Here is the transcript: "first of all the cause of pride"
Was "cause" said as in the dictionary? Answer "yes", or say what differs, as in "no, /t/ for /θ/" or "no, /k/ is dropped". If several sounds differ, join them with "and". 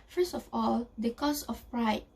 no, /s/ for /z/